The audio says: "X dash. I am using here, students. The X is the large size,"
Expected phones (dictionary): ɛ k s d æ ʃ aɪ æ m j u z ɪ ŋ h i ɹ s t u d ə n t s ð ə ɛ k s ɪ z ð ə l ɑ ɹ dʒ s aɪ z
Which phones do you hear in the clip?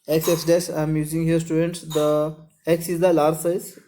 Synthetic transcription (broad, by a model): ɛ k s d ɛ s aɪ m j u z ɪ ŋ h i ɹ s t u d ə n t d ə ɛ k s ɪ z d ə l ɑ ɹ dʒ s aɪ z